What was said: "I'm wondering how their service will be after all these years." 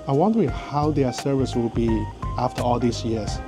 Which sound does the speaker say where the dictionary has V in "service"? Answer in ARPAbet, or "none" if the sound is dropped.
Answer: V